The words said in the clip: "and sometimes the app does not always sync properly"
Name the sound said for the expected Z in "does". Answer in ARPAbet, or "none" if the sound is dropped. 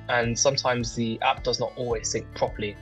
Z